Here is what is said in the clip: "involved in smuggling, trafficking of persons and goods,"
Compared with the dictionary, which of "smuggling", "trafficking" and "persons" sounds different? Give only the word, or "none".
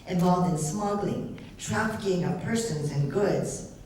none